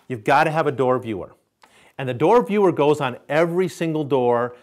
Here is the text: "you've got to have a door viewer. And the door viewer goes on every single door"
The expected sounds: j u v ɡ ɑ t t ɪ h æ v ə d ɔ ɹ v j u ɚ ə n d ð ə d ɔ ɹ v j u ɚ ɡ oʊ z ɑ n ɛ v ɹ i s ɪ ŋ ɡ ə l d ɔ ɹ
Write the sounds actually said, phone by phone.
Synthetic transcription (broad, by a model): j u v ɡ ɑ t t ɪ v ə d ɔ ɹ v j u ɚ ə n ð ə d ɔ ɹ v j u ɚ ɡ oʊ z n ɛ v ɹ i s ɪ ŋ ɡ l d ɔ ɹ